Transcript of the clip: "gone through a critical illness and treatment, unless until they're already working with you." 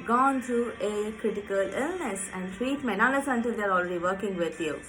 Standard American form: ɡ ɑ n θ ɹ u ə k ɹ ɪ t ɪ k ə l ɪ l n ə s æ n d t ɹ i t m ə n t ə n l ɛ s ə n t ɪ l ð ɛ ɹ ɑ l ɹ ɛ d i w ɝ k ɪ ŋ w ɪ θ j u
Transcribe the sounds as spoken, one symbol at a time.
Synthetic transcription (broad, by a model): ɡ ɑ n t ɹ u ə k ɹ ɪ t ɪ k ə l ɪ l n ə s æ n d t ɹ i t m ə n ə l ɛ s ə n t ɪ l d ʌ ɹ ɑ l ɹ ɛ d i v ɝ k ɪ ŋ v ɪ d j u